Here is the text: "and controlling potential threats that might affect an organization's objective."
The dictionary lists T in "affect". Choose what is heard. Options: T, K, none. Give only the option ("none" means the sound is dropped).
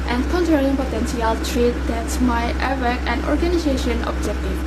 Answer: none